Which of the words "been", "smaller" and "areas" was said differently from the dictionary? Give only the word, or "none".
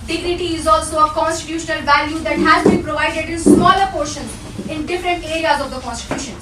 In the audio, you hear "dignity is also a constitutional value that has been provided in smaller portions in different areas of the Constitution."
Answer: none